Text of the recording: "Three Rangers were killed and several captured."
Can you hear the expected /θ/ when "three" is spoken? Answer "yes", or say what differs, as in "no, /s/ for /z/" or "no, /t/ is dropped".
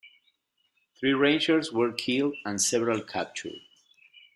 yes